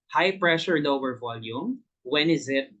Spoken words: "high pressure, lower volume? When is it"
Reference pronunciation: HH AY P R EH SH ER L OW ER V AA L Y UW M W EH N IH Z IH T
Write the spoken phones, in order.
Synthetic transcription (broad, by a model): HH AY P R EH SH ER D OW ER V AA L Y UW M W EH N IH Z IH T